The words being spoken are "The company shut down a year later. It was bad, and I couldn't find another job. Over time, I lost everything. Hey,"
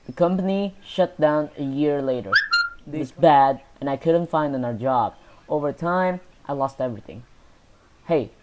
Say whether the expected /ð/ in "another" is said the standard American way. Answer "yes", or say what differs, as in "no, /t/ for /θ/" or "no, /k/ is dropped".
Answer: no, /ð/ is dropped